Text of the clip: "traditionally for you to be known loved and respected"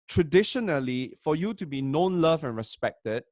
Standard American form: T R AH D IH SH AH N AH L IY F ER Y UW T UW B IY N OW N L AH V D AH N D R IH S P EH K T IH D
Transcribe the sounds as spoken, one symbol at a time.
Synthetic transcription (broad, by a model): T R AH D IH SH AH N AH L IY F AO Y UW T UW B IY N OW N L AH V AH N R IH S P EH K T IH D